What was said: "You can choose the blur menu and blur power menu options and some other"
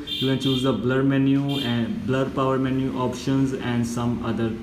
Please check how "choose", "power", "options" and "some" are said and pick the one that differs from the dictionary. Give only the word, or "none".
none